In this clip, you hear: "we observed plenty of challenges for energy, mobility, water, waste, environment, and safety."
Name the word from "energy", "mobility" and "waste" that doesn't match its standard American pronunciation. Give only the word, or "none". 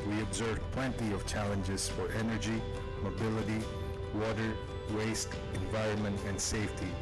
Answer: none